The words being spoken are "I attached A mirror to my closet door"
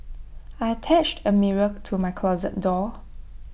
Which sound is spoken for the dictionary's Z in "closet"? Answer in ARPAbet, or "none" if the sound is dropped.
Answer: Z